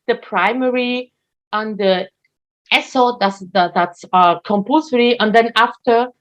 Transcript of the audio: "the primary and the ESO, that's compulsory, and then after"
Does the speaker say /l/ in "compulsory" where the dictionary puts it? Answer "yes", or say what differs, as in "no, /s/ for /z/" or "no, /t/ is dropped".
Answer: no, /l/ is dropped